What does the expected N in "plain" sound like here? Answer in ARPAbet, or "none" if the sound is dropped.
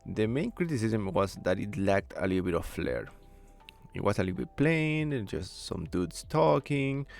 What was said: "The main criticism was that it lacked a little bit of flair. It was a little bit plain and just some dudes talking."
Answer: none